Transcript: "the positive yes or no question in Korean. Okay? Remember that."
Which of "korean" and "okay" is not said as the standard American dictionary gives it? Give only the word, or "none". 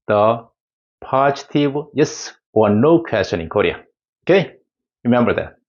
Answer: korean